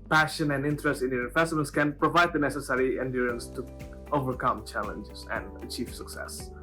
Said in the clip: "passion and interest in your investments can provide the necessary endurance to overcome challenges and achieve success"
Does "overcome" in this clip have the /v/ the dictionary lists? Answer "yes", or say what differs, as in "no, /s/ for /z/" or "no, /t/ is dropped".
yes